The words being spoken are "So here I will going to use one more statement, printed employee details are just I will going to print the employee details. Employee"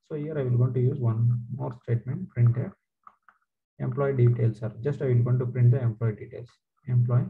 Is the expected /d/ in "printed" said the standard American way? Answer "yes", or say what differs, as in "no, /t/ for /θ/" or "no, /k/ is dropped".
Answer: no, /d/ is dropped